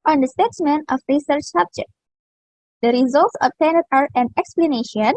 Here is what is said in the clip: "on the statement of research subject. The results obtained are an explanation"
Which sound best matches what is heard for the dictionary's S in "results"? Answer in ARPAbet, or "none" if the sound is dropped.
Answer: S